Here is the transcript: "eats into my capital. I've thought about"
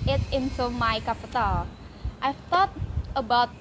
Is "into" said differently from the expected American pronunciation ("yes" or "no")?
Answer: yes